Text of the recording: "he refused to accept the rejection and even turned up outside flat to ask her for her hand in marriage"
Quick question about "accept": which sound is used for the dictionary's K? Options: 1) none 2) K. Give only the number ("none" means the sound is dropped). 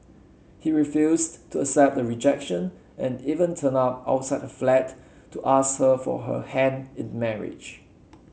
1